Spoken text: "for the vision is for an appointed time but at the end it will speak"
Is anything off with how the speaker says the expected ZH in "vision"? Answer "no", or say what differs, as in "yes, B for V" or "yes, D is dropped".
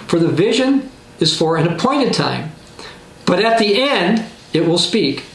no